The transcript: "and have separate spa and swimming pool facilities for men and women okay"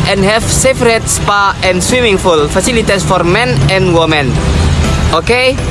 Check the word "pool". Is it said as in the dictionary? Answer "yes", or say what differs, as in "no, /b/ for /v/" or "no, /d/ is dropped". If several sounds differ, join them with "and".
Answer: no, /f/ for /p/